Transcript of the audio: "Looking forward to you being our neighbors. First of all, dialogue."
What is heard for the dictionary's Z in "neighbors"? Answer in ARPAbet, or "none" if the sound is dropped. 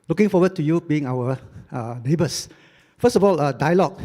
S